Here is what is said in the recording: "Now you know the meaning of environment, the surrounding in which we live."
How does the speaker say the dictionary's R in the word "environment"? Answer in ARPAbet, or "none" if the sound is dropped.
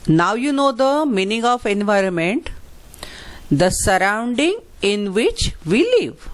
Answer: R